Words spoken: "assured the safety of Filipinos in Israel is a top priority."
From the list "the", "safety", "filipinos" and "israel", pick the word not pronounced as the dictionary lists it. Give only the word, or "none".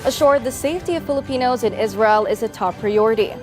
none